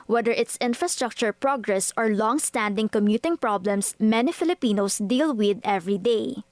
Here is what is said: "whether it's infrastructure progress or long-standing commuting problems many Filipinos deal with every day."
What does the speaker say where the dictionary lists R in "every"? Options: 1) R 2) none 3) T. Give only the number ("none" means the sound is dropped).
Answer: 1